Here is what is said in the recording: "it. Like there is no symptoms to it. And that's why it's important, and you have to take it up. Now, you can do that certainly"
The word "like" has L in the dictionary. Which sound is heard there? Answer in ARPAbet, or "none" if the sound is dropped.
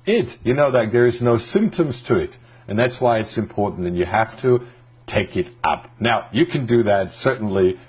N